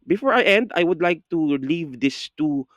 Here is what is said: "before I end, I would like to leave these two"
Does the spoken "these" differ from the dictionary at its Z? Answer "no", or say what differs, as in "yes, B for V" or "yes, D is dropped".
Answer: yes, S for Z